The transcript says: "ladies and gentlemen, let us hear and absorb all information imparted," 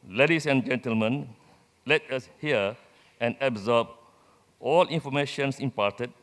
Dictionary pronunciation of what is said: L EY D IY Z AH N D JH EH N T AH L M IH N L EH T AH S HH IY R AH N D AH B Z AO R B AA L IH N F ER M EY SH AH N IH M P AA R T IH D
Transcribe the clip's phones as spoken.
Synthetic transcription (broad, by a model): L EY D IY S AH N JH EH N T AH L M IH N L EH T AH S HH IY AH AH N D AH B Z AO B AA L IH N F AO M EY SH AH N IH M P AA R T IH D